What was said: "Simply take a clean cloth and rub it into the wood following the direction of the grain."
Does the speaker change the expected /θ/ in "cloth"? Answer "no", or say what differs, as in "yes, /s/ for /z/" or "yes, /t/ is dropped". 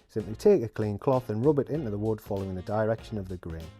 no